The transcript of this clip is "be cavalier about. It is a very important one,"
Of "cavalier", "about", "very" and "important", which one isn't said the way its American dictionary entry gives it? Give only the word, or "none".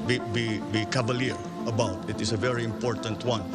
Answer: cavalier